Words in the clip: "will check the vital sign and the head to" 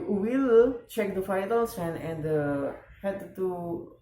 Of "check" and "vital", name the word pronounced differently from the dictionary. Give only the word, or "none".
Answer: vital